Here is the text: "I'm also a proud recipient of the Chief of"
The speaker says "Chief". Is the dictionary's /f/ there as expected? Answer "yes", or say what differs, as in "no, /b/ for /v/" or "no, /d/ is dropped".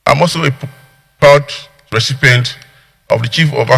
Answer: yes